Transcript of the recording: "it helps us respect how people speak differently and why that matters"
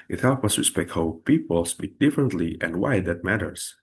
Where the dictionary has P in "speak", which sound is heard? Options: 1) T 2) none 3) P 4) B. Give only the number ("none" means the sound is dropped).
4